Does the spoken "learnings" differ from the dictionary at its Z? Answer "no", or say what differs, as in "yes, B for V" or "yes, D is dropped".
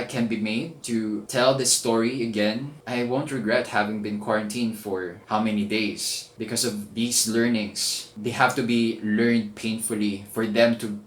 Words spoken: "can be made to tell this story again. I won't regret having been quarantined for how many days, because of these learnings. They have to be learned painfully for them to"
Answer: yes, S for Z